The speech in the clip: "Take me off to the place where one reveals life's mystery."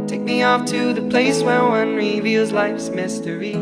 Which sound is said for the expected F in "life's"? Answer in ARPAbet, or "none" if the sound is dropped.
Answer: F